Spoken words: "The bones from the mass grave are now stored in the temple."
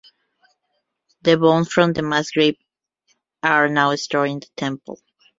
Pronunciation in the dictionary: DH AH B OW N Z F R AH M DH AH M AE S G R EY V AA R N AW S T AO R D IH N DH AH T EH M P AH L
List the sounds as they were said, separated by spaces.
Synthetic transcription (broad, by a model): DH AH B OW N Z F R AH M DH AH M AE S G R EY P AA R N AW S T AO R IH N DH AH T EH M P AH L